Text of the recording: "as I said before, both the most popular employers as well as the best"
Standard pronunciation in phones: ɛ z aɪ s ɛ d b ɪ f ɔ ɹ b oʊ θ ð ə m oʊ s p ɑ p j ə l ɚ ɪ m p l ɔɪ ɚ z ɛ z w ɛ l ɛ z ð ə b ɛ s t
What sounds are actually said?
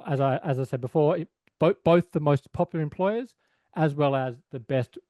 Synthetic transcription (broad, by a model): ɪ z aɪ s ɛ d b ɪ f ɔ ɹ b oʊ θ ð ə m oʊ s p ɑ p j l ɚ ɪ m p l ɔɪ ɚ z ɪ z w ɛ l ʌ z ð ə b ɛ s t